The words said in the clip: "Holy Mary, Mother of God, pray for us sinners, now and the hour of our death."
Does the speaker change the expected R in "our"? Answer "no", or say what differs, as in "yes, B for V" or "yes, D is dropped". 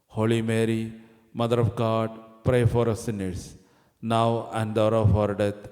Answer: no